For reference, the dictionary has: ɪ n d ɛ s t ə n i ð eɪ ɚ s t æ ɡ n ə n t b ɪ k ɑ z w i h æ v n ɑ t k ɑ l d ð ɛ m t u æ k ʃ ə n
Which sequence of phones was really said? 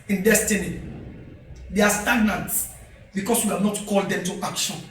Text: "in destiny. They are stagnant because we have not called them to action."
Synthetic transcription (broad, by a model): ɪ n d ɛ s t ə n i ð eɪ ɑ s t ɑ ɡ n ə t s b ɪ k ɑ s w i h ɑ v n ɑ t k ɑ l d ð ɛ m t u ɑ k ʃ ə n